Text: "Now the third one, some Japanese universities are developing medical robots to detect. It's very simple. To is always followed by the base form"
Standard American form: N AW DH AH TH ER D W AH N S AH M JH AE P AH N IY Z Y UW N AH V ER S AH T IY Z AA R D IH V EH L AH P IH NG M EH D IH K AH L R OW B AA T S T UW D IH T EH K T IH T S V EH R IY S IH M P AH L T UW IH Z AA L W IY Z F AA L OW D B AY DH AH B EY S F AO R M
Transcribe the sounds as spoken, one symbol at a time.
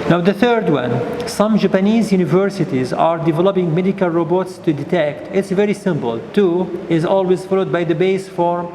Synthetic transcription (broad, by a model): N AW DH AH TH ER D W AH N S AH M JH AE P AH N IY Z Y UW N AH V ER S AH T IY Z AA R D IH V EH L AH P IH NG M EH D IH K AH L R OW B AA T S T UW D IH T EH K T IH T S V EH R IY S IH M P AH L T UW IH Z AA L W IY Z F AA L OW D B AY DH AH B EY S F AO R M